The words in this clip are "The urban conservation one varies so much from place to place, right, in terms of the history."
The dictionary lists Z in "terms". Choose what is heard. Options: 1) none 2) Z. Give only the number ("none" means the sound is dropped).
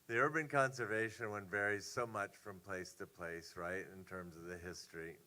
2